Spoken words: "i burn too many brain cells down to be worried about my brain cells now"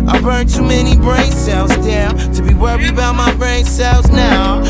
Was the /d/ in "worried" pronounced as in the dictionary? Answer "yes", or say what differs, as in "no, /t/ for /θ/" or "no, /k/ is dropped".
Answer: no, /d/ is dropped